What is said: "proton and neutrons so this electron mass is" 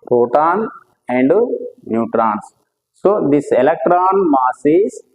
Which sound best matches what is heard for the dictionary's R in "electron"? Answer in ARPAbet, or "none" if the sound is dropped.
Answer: R